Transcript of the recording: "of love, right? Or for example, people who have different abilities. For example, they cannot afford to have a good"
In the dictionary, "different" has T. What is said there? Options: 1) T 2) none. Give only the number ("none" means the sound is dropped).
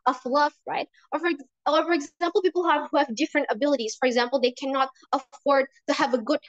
1